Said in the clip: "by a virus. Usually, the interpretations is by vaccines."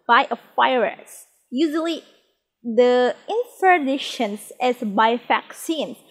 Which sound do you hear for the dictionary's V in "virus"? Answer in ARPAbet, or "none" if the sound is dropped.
F